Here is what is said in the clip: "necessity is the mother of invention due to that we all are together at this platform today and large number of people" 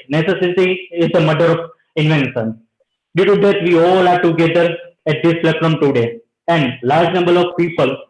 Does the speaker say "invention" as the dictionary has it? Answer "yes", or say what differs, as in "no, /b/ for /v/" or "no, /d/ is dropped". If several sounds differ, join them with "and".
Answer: no, /s/ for /ʃ/